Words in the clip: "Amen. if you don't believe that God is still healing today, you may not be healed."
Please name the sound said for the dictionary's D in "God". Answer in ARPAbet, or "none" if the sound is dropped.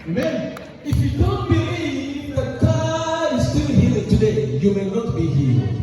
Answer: none